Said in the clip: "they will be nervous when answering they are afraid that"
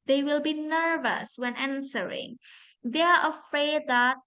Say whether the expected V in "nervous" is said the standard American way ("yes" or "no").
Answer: yes